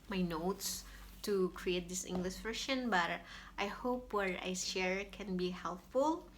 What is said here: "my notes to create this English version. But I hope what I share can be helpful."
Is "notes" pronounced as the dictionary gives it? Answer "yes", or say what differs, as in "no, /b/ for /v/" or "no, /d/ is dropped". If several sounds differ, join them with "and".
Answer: yes